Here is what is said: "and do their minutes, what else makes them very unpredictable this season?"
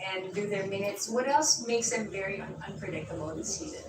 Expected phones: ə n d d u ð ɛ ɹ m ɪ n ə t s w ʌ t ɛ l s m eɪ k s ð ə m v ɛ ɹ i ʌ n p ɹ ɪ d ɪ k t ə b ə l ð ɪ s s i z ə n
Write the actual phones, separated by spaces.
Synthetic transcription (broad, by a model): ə n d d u ð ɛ ɹ m ɪ n ə t s w ʌ t ɛ l s m eɪ k s ð ə m v ɛ ɹ i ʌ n p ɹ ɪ d ɪ k t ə b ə n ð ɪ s s i z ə n